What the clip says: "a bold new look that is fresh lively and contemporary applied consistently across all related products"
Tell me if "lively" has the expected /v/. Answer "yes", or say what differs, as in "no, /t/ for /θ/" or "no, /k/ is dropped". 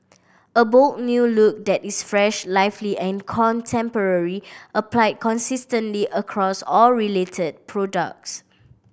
no, /f/ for /v/